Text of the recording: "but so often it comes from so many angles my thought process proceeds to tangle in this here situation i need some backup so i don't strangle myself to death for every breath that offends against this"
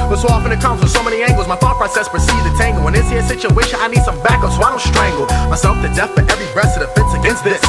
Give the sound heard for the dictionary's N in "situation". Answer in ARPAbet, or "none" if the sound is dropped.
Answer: none